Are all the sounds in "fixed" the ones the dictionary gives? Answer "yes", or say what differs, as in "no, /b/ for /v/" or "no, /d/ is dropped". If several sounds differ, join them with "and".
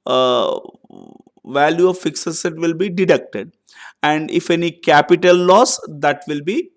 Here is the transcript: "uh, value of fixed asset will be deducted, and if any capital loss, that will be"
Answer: no, /t/ is dropped